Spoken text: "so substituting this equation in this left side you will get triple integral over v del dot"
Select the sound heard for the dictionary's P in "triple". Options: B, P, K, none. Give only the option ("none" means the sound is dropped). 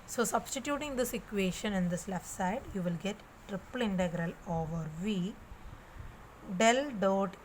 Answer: P